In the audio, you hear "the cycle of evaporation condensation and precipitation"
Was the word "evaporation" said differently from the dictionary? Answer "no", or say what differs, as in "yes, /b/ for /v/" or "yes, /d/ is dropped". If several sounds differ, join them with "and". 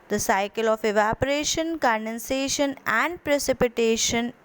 no